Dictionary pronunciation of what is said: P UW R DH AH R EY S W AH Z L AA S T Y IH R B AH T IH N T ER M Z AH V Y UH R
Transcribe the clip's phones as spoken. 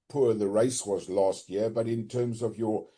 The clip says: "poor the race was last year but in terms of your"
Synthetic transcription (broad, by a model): P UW R DH AH R EY S W AH Z L AA S T Y IH R B AH T IH N T ER M Z AH V Y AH R